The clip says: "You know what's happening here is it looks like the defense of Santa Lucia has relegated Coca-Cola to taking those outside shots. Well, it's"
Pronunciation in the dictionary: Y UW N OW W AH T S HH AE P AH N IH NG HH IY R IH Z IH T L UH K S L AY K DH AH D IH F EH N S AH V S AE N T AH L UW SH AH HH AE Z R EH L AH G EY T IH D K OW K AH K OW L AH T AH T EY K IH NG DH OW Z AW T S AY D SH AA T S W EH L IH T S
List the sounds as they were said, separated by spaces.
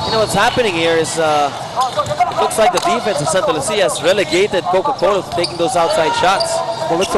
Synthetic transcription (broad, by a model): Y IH N OW W AH T S HH AE P AH N IH NG HH IY R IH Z IH T L UH K S L AY K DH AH D IH F EH N S AH V S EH N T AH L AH S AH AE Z R EH L AH G EY T IH D K OW K AH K OW AH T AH T EY K IH NG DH OW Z AW T S AY D SH AA T S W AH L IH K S